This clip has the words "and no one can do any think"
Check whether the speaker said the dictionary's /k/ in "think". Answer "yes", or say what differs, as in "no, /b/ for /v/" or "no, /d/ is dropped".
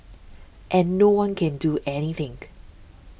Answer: no, /k/ is dropped